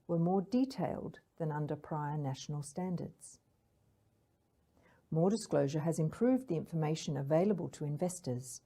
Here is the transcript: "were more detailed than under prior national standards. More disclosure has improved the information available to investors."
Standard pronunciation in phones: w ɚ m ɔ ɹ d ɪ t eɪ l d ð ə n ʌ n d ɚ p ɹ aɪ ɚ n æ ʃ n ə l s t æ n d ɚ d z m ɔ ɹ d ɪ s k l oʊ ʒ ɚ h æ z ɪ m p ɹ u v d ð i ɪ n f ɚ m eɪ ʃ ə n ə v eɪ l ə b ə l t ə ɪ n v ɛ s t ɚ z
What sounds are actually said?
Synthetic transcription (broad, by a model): w ɚ m ɔ ɹ d ɪ t eɪ l d ð ə n ʌ n d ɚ p ɹ aɪ ɚ n æ ʃ n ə l s t æ n d ɚ d z m ɔ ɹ d ɪ s k l oʊ ʒ ɚ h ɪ z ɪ m p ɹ u v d ð i ɪ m f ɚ m eɪ ʃ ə n ə v eɪ l ə b ə l t ə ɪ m v ɛ s t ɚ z